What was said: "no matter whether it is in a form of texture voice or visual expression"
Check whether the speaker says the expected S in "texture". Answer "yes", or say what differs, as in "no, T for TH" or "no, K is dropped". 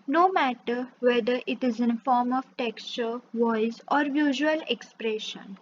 yes